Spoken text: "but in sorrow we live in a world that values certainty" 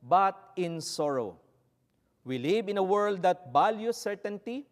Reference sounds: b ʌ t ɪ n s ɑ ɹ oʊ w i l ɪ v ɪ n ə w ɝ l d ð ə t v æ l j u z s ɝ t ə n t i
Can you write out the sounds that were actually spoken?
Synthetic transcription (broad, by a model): b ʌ t ɪ n s ɑ ɹ oʊ w i l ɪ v ɪ n ə w ɝ l d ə t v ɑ l j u s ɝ t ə n t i